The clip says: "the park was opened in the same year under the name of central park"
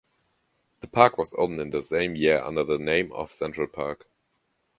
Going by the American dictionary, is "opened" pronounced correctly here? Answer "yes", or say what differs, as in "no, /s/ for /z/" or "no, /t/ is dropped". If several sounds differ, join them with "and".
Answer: no, /p/ is dropped